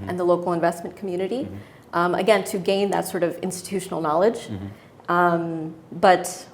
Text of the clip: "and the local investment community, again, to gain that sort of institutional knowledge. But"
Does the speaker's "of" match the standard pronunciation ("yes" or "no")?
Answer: yes